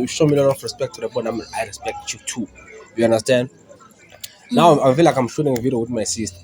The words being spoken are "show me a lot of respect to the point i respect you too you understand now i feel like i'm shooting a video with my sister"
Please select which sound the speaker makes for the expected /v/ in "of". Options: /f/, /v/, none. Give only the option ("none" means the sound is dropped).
/f/